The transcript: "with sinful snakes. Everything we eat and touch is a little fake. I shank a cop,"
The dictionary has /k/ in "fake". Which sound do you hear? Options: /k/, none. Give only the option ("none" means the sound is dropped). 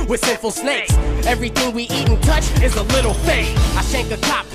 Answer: none